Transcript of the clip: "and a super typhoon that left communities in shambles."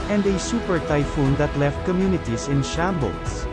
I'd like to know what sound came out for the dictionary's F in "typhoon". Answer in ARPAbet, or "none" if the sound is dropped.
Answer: F